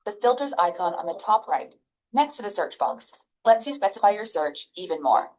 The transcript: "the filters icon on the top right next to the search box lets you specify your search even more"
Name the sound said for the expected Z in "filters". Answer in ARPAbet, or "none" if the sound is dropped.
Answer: Z